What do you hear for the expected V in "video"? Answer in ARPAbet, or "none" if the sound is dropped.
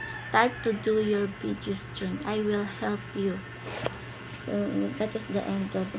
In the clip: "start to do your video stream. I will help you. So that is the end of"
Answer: B